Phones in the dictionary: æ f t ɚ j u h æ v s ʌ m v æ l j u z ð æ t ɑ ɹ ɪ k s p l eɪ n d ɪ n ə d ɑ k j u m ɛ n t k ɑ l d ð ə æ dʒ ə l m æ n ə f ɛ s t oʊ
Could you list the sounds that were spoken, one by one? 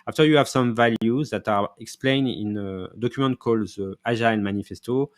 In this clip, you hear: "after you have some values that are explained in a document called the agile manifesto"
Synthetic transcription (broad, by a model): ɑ f t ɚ j u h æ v s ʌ m v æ l j u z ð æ t ɑ ɹ ɪ k s p l eɪ n d ɪ n ə d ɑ k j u m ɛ n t k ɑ l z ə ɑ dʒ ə n m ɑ n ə f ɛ s t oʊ